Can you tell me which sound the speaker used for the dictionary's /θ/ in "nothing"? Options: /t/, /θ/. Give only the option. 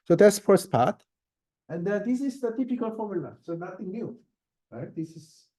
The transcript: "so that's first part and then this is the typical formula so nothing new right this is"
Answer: /t/